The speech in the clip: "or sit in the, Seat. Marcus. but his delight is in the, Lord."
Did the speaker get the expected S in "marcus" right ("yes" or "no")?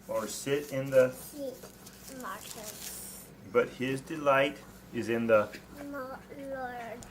no